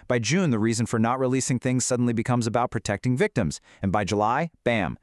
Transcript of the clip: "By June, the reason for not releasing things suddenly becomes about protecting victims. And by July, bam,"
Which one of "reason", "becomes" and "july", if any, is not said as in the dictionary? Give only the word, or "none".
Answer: none